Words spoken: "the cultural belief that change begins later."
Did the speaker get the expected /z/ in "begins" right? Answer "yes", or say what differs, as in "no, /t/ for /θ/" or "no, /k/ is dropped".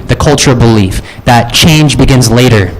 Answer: yes